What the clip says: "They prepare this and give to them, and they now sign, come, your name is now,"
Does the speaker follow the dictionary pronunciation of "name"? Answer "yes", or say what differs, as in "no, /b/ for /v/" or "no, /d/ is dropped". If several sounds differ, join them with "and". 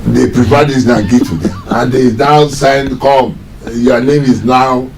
yes